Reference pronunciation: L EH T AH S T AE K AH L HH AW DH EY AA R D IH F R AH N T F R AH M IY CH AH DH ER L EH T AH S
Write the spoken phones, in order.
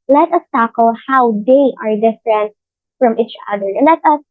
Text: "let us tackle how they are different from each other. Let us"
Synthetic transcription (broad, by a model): L EH T AH S T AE K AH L HH AW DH EY AA R D IH F R AH N T F R AH M IY CH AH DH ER L EH T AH S